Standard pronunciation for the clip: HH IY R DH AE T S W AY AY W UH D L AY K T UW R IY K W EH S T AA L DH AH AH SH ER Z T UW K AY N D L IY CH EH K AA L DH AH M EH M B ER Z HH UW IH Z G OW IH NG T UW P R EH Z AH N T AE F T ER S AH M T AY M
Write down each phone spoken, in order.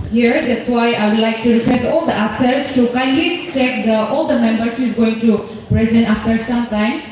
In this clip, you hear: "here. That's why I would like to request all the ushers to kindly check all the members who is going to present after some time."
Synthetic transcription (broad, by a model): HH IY R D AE T S W AY AY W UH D L AY K T UW R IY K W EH S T AA L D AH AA S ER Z T UW K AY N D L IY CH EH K AA L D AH M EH M B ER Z HH UW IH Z G OW IH NG T UW P R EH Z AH N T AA F T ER S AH M T AY M